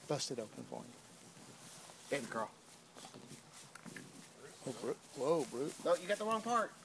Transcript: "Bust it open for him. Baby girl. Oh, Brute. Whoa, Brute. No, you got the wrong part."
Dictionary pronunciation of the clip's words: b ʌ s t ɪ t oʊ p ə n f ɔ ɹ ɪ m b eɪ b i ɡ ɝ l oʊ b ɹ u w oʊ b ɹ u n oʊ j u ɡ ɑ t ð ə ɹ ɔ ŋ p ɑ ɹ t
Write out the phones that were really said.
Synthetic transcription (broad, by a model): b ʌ s t ɪ t oʊ p ə n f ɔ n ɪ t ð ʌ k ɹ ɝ w oʊ b ɹ u w oʊ b ɹ u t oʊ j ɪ ɡ ɑ t ð ə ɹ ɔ ŋ p ɑ ɹ t